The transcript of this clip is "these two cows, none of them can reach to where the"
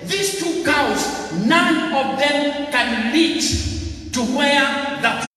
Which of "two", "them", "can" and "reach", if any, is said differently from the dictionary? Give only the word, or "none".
reach